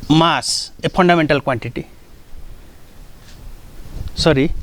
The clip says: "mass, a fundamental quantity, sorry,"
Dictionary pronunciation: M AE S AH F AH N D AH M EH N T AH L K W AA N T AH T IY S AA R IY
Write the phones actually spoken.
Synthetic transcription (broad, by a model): M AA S AH P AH N D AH M EH N T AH L K W AA N T AH T IY S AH R IY